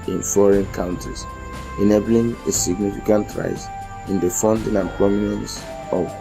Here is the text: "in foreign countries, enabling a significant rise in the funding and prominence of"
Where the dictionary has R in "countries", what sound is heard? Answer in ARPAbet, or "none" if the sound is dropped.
none